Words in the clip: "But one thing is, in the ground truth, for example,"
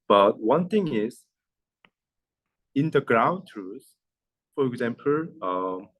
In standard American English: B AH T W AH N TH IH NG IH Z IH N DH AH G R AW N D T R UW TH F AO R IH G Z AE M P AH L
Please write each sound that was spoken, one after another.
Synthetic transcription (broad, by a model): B AH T W AH N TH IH NG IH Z IH N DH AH G R AW N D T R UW S F AO R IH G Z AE M P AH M